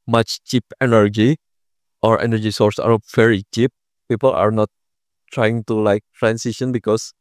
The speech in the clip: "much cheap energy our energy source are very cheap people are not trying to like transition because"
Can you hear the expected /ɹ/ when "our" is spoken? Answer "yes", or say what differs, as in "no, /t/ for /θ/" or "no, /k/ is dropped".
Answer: yes